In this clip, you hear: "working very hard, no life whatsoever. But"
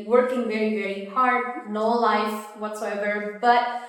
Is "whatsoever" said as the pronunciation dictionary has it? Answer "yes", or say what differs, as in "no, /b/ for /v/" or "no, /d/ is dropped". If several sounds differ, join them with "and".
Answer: yes